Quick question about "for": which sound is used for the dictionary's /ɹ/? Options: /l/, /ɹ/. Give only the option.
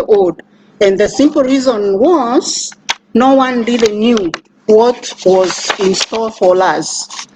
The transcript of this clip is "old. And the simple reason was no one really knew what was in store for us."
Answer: /l/